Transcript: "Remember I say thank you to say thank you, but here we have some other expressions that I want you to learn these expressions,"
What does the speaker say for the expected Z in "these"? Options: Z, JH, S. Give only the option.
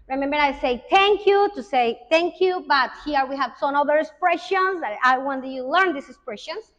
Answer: S